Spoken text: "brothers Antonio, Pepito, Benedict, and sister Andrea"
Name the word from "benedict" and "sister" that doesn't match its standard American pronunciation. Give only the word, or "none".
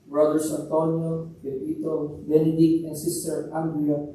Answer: benedict